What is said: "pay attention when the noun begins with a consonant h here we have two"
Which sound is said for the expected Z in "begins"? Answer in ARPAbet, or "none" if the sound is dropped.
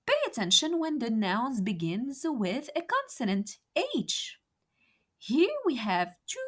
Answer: Z